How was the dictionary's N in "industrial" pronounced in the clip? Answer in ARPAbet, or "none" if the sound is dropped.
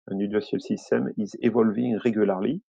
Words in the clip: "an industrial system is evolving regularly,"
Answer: none